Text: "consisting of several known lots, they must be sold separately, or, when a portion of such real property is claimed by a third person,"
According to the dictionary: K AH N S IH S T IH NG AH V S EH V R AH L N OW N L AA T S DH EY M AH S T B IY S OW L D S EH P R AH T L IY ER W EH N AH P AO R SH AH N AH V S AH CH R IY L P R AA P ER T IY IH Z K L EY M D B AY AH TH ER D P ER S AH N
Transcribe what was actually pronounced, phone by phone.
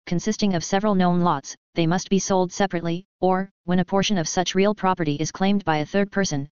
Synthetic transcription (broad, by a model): K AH N S IH S T IH NG AH V S EH V R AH L N OW N L AA T S DH EY M AH S T B IY S OW L D S EH P R AH T L IY ER W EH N AH P AO R SH AH N AH V S AH CH R IY L P R AA P ER T IY IH Z K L EY M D B AY AH TH ER D P ER S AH N